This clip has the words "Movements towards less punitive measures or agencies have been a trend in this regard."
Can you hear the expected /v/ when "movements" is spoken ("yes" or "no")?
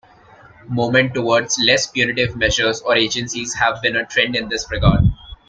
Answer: no